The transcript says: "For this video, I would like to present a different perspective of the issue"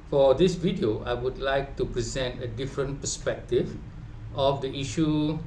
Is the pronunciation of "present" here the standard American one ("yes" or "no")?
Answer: yes